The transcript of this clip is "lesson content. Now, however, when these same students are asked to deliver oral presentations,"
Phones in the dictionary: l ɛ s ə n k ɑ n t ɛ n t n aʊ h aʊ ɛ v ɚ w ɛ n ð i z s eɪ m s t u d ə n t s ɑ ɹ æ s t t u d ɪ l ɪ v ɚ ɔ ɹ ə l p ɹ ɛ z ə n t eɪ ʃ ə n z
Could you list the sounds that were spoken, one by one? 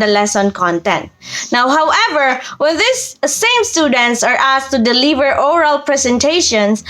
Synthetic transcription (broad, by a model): l ɛ s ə n k ɑ n t ɛ n t n aʊ h aʊ ɛ v ɚ w ɛ n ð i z s eɪ m s t u d ə n t s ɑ ɹ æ s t t u d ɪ l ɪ v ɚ ɔ ɹ ə l p ɹ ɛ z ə n t eɪ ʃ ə n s